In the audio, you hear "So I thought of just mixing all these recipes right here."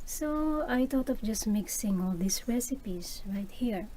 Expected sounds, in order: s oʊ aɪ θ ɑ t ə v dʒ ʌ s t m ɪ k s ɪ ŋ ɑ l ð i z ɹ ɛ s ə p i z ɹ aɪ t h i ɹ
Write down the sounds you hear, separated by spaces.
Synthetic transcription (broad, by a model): s oʊ aɪ t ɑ t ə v dʒ ʌ s t m ɪ k s ɪ ŋ ɑ l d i s ɹ ɛ s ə p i s ɹ aɪ t h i ɹ